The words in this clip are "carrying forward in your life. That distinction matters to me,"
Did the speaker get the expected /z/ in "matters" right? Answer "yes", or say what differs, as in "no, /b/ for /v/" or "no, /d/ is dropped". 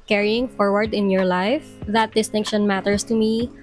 no, /s/ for /z/